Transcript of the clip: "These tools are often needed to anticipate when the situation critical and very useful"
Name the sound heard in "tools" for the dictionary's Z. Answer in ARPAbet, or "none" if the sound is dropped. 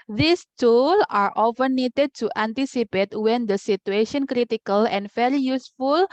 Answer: none